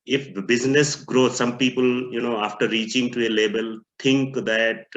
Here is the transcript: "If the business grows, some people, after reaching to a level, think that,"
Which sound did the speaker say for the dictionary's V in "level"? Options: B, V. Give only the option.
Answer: B